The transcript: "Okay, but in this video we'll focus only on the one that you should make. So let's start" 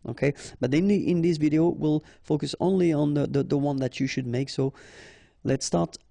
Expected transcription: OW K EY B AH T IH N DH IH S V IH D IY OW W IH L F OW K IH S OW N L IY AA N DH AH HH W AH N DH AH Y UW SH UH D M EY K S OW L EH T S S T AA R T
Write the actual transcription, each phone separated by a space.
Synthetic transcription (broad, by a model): OW K EY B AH T IH N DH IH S V IH D IY OW W IH L F OW K IH S OW N L IY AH N DH AH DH W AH N DH AH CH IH SH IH D M EY K S OW L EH T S S T AA R T